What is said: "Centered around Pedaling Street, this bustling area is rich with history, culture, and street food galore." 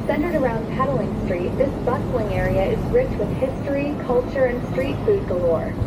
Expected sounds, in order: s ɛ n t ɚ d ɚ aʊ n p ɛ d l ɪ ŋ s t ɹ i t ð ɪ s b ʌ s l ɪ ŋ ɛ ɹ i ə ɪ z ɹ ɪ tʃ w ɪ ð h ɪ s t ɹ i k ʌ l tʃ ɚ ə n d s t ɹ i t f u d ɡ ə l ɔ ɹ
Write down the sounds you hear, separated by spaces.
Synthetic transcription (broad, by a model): s ɛ n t ɚ d ɚ aʊ n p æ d l ɪ ŋ s t ɹ i t ð ɪ s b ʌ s l ɪ ŋ ɛ ɹ i ə ɪ z ɹ ɪ tʃ w ɪ ð h ɪ s t ɹ i k ʌ l tʃ ɚ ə n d s t ɹ i t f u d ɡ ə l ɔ ɹ